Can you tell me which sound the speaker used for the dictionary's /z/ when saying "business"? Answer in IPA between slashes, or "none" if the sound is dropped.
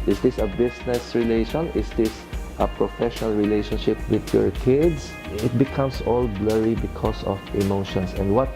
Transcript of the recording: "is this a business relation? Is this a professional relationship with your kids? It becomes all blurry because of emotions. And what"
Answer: /s/